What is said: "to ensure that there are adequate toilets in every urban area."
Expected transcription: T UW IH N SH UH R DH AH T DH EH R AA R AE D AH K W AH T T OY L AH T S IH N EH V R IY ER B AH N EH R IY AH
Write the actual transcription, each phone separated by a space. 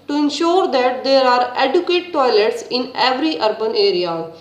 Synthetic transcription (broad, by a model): T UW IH N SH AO R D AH T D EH R AA R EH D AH K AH T T OY L AH T S IH N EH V R IY ER B AH N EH R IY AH